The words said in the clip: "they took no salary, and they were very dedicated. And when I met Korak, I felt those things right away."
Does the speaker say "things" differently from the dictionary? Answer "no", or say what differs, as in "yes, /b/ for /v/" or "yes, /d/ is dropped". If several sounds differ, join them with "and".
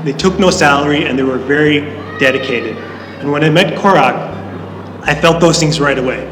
no